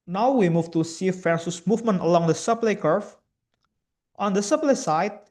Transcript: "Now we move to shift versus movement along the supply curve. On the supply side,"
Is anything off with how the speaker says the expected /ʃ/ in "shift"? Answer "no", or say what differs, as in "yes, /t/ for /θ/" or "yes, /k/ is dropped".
yes, /s/ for /ʃ/